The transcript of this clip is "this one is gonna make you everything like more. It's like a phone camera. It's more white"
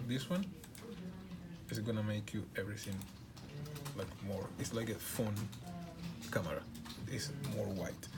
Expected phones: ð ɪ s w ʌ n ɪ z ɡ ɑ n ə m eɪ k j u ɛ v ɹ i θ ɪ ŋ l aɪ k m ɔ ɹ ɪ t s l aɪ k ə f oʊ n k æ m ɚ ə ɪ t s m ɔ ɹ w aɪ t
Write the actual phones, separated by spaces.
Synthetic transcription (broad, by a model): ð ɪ s w ʌ n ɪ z ɡ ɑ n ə m eɪ k j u ɛ v ɹ i θ ɪ ŋ l aɪ k m ɔ ɹ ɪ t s l aɪ k ə f oʊ n k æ m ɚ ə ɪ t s m ɔ ɹ w aɪ t